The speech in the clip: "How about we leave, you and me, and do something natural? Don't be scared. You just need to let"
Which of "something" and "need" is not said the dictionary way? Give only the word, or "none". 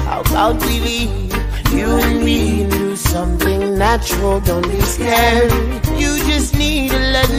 none